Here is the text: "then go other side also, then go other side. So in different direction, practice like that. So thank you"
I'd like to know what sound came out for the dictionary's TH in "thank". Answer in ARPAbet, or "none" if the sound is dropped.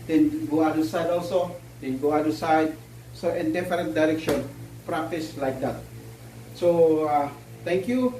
T